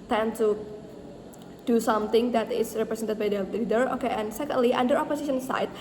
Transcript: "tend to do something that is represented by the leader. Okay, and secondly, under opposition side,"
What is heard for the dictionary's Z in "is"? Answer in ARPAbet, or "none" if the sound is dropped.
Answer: S